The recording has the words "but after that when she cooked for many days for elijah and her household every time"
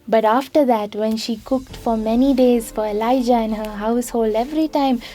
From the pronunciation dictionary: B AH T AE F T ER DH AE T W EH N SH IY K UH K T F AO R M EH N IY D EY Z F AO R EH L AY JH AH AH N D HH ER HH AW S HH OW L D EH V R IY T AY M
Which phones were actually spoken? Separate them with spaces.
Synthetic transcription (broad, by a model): B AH T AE F T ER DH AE T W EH N SH IY K UH K T F AO R M EH N IY D EY Z F AO R EH L AY JH AH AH N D HH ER HH AW S HH OW L D EH V R IY T AY M